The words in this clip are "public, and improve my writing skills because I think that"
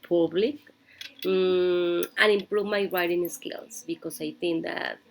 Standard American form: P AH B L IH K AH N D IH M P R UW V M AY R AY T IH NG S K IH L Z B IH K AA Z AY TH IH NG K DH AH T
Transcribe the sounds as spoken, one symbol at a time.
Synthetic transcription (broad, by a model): P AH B L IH K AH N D IH M P R UW V M AY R AY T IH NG S K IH L S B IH K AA S AY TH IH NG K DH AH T